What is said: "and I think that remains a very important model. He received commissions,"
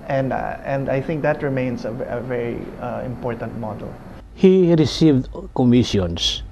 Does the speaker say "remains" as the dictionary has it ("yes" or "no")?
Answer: no